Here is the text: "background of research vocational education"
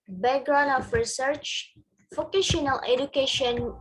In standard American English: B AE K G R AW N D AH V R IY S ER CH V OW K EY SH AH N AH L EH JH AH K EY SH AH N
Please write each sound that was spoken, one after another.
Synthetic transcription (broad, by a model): B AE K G R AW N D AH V R IY S ER CH F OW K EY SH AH N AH L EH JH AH K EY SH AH N